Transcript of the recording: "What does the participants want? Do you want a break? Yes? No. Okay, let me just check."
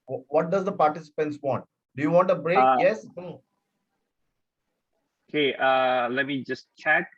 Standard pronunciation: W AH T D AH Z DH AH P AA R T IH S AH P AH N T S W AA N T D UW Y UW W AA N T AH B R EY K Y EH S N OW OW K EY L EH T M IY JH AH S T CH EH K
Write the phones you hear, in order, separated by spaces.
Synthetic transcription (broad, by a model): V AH T D AH Z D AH P AA R T IH S AH P AH N T S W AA N T D UW Y UW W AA N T AH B R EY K Y EH S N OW OW K EY L EH T M IY JH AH S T CH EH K